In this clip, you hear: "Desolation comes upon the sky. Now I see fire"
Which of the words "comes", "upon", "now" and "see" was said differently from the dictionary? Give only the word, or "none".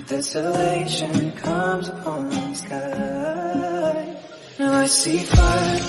now